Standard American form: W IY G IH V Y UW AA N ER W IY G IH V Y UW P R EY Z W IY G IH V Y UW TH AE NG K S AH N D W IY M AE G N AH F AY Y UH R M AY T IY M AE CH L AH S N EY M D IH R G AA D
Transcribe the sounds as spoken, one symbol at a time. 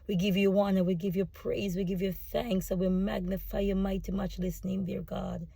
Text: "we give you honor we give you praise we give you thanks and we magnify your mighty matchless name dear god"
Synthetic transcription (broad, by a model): W IY G IH V Y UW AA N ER W IY G IH V Y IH P R EY Z W IY G IH V Y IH TH AE NG K S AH W IY M AE G N AH F AY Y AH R M AY T IY M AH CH L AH S N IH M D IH R G AA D